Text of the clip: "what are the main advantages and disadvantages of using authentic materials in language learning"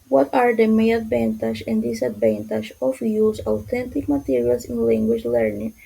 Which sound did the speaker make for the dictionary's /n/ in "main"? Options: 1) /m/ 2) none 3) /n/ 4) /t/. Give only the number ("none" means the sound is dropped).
2